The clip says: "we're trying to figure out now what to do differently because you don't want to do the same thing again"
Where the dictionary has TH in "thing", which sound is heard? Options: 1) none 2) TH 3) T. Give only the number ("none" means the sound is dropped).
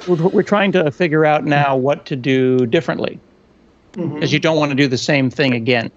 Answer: 2